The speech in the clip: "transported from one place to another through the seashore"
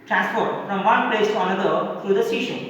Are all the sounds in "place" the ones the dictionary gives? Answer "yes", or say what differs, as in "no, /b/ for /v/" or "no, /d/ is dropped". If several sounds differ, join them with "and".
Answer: yes